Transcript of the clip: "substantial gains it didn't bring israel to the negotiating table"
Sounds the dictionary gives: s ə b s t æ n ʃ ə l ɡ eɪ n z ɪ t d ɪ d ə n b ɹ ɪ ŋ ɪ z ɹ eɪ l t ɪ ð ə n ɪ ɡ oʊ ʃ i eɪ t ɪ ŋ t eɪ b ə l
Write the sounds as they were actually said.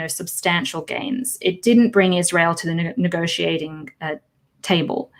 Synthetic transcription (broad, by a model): s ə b s t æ n ʃ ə l ɡ eɪ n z ɪ t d ɪ d n b ɹ ɪ ŋ ɪ z ɹ eɪ l t ɪ ð ə n ɪ ɡ oʊ ʃ i eɪ t ɪ ŋ t eɪ b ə l